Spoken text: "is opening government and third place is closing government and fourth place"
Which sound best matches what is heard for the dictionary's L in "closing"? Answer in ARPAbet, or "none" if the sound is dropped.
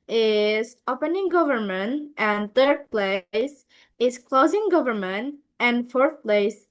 L